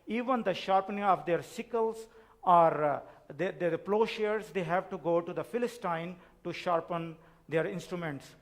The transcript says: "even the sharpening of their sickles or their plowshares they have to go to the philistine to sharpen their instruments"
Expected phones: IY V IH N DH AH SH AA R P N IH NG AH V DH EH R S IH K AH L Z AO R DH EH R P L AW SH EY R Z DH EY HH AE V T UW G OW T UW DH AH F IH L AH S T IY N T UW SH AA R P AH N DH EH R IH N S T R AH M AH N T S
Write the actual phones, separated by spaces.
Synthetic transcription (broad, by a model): IY V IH N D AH SH AA R P N IH NG AH V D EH R S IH K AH L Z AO R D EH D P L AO SH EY R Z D EY HH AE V T UW G OW T UW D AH F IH L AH S T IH N T UW SH AA R P AH N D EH R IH N S T R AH M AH N T S